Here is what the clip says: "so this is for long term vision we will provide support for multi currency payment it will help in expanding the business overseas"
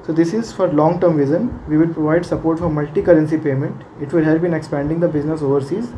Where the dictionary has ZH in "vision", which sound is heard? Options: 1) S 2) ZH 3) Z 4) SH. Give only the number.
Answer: 3